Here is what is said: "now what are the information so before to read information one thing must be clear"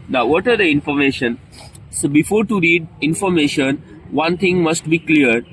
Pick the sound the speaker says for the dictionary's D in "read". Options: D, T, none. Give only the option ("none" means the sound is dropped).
D